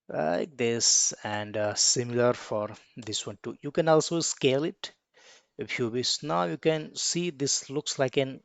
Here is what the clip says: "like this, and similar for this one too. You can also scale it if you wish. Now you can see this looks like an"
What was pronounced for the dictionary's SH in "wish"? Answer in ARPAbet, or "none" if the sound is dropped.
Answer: S